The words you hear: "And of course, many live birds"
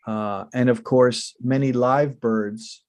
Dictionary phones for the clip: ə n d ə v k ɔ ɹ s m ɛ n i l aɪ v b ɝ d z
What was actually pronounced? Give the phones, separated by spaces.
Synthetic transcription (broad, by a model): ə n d ə v k ɔ ɹ s m ɛ n i l aɪ v b ɝ d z